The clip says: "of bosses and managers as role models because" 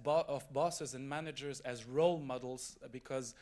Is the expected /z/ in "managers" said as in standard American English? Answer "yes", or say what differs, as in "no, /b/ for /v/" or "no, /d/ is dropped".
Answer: yes